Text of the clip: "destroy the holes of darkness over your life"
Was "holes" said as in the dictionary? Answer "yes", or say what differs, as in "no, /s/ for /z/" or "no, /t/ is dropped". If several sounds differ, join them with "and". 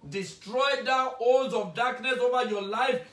no, /n/ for /l/